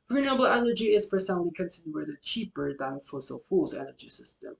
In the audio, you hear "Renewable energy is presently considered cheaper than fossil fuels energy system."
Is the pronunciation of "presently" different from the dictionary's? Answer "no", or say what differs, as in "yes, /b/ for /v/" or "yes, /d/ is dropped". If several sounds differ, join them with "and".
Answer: yes, /ɹ/ is dropped